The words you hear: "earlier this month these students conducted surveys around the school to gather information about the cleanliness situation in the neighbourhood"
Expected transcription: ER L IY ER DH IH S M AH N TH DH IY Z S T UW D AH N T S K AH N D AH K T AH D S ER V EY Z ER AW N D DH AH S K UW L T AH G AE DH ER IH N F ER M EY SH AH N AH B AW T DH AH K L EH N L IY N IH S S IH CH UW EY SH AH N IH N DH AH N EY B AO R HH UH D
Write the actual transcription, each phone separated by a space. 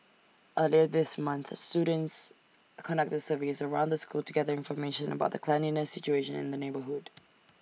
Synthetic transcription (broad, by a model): ER L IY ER DH IH S M AH N TH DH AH S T UW D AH N T S K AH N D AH K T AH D S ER V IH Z ER AW N D DH AH S K UW L T AH G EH DH ER IH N F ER M EY SH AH N AH B AW T DH AH K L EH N IY N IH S S IH CH UW EY SH AH N IH N DH AH N EY B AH R HH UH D